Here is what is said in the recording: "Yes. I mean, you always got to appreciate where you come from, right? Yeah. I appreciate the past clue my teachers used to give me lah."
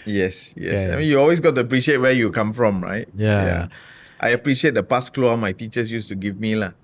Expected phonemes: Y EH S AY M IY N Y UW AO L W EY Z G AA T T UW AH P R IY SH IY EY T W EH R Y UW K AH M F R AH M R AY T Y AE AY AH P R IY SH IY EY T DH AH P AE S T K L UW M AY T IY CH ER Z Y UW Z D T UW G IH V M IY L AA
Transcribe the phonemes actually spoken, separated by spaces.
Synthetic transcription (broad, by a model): Y EH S AY M IY N Y UW AO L W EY S G AA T T UW AH P R IY SH IY EY T W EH Y UW K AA M F R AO M R AY T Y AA AY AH P R IY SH IY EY T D AH P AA S K L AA M AY T IY CH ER S Y UW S T UW G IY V M IY L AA